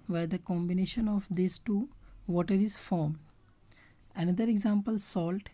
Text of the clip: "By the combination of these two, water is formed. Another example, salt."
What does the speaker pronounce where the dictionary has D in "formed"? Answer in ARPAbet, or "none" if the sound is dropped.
none